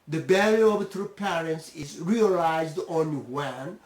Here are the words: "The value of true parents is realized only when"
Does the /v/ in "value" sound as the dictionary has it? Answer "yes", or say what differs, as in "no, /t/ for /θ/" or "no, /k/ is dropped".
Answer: no, /b/ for /v/